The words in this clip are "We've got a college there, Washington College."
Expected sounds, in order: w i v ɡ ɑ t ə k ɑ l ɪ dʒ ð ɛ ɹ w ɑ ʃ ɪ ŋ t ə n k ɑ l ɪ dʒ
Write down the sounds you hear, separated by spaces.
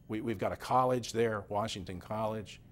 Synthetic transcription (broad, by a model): w i v ɡ ɑ t ə k ɑ l ɪ dʒ ð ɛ ɹ w ɑ ʃ ɪ ŋ t ə n k ɑ l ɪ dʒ